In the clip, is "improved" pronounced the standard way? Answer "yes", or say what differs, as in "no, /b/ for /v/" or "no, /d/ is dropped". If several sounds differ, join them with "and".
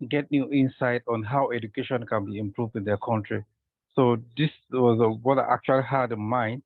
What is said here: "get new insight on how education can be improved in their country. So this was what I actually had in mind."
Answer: yes